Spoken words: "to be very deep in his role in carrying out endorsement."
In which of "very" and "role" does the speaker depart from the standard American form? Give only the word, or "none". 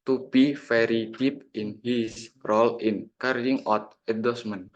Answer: very